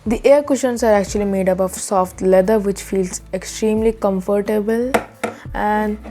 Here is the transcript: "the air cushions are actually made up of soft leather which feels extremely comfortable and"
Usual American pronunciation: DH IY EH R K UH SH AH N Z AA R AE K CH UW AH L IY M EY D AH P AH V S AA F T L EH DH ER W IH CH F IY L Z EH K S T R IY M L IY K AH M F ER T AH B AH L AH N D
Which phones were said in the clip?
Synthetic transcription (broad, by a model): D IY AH R K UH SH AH N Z AA R AE K CH UW AH L IY M EY D AH P AH V S AA F T L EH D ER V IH CH F IY L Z EH K S T R IY M L IY K AH M F ER T AH B AH L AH N D